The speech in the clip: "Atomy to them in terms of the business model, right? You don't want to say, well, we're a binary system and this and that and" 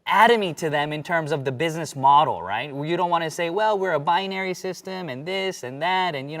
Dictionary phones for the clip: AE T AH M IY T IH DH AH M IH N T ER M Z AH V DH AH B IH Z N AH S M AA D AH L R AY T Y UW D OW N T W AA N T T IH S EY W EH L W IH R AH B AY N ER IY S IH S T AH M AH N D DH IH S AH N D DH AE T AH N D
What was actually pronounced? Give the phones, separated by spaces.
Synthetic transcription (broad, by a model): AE T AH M IY T IH DH AH M IH N T ER M Z AH V DH AH B IH Z N AH S M AA D L R AY T Y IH D OW N T W AA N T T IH S EY W EH L W IH R AH B AY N ER IY S IH S T AH M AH N DH IH S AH N DH AE T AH N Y